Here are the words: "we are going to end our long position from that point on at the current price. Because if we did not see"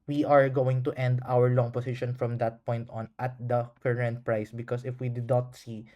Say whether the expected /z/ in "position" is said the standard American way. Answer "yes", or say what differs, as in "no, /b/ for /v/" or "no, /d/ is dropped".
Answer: no, /s/ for /z/